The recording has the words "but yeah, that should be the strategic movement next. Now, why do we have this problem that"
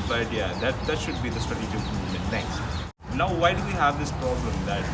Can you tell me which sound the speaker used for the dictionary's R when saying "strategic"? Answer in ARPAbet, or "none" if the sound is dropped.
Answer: none